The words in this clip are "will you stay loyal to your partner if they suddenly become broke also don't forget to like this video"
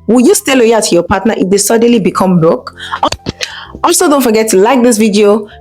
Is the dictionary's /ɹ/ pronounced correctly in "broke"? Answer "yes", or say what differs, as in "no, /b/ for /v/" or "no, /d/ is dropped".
no, /ɹ/ is dropped